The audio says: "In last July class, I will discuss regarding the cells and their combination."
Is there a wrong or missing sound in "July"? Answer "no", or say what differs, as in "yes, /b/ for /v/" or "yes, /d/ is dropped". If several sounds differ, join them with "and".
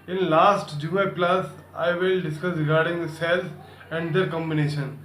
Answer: yes, /l/ is dropped